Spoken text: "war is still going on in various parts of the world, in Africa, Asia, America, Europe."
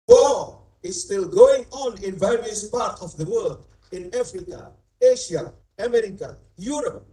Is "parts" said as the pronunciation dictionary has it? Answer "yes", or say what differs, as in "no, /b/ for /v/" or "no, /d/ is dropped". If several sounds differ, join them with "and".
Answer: no, /s/ is dropped